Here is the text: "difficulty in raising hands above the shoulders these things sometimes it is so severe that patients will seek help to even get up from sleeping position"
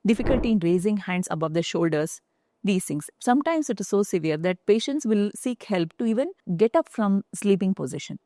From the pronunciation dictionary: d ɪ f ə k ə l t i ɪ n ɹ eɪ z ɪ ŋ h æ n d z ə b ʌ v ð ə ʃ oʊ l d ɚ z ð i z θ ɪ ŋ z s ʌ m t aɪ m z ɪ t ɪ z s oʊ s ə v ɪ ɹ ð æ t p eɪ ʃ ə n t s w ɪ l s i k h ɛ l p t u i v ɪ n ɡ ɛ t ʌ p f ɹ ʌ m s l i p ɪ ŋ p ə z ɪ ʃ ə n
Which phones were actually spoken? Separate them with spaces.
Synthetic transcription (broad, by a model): d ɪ f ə k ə l t i ɪ n ɹ eɪ z ɪ ŋ h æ n d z ə b ʌ v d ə ʃ oʊ l d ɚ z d i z t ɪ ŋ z s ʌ m t aɪ m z ɪ t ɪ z s oʊ s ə v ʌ ɹ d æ t p eɪ ʃ ə n t s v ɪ l s i k h ɛ l p t u i v ɪ n ɡ ɛ t ʌ p f ɹ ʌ m s l i p ɪ ŋ p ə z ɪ ʃ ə n